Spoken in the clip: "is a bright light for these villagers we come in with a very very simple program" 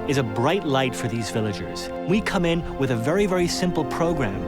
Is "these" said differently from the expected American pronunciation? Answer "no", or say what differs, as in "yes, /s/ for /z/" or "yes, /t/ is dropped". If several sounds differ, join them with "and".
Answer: no